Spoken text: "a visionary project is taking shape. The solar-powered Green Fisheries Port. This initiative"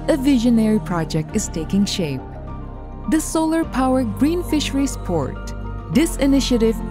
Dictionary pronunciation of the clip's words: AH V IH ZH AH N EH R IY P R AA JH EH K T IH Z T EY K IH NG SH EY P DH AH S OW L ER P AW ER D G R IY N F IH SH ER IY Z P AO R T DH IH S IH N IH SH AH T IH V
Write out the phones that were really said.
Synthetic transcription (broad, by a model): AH V IH ZH AH N EH R IY P R AA JH EH K T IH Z T EY K IH NG SH EY P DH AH S OW L ER P AW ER G R IY N F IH SH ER IY S P AO R T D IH S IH N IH SH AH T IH V